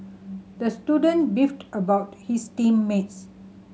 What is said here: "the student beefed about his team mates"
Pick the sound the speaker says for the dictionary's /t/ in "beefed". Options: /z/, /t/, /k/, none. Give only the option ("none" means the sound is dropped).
/t/